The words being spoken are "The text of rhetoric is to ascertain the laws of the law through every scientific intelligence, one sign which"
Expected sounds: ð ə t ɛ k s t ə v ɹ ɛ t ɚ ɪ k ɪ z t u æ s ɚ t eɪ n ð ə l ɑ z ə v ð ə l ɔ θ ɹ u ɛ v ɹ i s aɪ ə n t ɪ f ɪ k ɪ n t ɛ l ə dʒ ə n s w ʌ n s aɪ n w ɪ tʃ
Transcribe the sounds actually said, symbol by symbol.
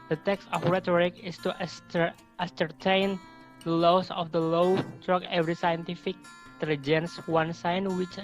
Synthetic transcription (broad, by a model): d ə t ɛ k s t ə f ɹ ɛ t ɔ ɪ k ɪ s t u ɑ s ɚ t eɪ n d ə l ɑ s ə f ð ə l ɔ t ɹ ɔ ɛ v ɹ i s aɪ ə n t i f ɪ k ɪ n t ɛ l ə dʒ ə n s w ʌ n s aɪ n w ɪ tʃ